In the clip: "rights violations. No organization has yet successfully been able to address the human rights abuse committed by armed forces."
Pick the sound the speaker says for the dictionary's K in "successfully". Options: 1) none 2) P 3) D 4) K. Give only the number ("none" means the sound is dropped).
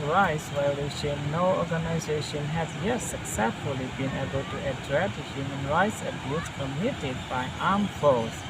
4